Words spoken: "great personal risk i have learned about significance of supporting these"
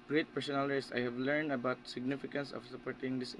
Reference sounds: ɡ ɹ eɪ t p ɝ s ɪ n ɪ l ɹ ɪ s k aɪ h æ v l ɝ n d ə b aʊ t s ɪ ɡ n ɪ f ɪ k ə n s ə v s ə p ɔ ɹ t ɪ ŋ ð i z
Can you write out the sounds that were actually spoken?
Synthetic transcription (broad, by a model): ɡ ɹ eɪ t p ɝ s ɪ n ɪ l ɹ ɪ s aɪ h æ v l ɝ n d ə b aʊ t s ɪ ɡ n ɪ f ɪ k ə n s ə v s ə p ɔ ɹ t ɪ ŋ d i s